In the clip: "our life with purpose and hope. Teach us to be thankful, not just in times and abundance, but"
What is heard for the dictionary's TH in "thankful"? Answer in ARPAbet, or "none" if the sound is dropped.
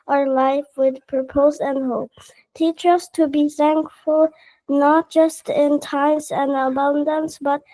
TH